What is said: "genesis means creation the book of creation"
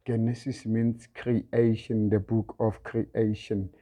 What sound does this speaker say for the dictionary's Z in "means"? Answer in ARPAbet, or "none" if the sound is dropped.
S